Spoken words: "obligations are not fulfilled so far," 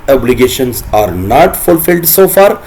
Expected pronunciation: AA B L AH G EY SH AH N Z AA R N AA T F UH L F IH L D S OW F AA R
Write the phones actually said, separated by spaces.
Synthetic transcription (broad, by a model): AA B L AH G EY SH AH N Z AA R N AA T F UH L F IH L D S OW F AA R